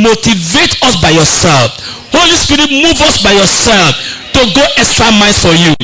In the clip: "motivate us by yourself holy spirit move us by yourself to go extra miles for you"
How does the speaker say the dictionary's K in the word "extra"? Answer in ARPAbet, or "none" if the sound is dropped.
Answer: K